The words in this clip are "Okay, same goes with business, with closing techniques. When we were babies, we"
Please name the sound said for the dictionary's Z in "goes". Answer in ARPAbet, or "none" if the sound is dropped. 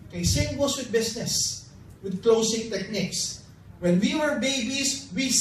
S